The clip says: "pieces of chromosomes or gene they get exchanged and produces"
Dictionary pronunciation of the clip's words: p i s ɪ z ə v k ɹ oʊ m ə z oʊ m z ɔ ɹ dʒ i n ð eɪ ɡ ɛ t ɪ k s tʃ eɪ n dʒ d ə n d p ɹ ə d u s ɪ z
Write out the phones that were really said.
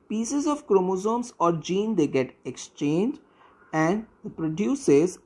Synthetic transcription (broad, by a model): p i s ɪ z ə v k ɹ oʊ m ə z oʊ m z ɔ ɹ dʒ i n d eɪ ɡ ɛ t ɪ k s tʃ eɪ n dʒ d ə n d p ɹ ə d u s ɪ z